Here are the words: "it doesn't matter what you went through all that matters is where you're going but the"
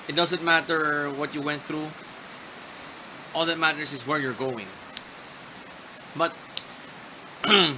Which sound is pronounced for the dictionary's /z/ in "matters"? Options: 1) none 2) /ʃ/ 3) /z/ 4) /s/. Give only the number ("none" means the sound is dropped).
4